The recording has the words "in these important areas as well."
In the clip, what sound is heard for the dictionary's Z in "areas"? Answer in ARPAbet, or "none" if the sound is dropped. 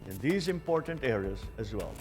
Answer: Z